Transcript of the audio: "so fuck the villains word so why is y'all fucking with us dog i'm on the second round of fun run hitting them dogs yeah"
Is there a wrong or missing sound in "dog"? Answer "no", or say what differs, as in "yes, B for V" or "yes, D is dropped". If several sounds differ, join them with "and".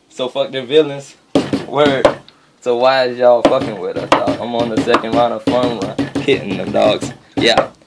yes, G is dropped